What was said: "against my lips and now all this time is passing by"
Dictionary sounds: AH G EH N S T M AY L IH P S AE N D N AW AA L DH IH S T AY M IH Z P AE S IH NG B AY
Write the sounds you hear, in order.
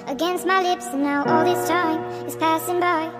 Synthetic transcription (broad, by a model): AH G EH N S T M AY L IH P S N N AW AA L DH IH S T AY M IH Z P AE S IH NG B AY